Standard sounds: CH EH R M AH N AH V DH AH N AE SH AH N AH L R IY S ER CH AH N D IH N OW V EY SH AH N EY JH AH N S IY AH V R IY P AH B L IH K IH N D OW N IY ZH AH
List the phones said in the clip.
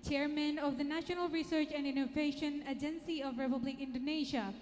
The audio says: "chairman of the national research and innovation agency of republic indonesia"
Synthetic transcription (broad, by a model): CH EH R M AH N AH V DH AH N AE SH AH N AH L R IY S ER CH AH N D IH N OW V EY SH AH N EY JH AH N S IY AH V R IY P AH B L IH K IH N D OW N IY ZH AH